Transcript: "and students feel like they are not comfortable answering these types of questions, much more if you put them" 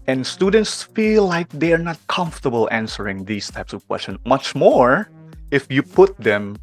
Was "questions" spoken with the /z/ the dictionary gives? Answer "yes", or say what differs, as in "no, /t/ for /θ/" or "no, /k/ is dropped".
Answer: no, /z/ is dropped